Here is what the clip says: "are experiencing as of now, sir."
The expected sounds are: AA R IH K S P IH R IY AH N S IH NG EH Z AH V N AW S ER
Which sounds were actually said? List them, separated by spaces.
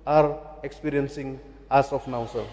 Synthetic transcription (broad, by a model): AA R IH K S P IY R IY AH N S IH NG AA S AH P N AW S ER